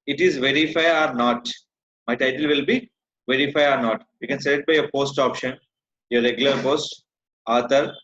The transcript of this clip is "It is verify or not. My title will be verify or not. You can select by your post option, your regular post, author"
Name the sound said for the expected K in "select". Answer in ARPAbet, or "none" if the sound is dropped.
none